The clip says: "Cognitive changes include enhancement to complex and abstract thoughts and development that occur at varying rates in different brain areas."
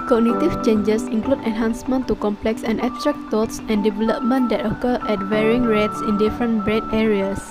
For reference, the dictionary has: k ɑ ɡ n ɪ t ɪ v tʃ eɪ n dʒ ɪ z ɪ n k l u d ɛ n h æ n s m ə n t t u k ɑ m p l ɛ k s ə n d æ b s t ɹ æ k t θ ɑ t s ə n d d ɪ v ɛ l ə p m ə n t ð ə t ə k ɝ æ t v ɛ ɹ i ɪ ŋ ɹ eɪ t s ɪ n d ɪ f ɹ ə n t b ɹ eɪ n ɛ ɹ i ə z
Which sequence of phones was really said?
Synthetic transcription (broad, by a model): k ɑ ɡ n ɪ t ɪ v tʃ eɪ n dʒ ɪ s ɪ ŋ k l u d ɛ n h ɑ n s m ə n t t u k ɑ m p l ɛ k s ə n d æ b s t ɹ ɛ k t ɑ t s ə n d d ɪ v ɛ l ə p m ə n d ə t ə k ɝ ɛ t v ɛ ɹ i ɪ ŋ ɹ eɪ t s ɪ n d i f ɹ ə n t b ɹ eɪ n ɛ ɹ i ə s